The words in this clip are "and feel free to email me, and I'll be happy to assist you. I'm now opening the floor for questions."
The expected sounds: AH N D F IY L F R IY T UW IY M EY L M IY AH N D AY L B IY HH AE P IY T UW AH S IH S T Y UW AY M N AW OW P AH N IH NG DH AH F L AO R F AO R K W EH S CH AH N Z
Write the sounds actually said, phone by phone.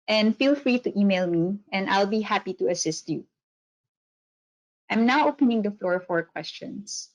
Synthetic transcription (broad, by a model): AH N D F IY L F R IY T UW IY M EY L M IY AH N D AY L B IY HH AE P IY T UW AH S IH S T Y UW AY M N AW OW P AH N IH NG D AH F L AO R F AO R K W EH S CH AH N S